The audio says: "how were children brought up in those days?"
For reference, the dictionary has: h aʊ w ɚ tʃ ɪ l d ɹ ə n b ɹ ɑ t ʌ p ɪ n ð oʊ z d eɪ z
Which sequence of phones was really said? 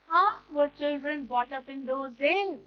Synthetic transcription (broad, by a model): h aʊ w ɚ tʃ ɪ l d ɹ ə n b ɑ t ʌ p ɪ n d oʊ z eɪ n